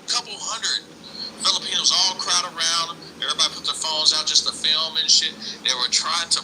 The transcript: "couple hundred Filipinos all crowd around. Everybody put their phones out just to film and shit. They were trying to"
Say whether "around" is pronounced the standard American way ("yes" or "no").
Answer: yes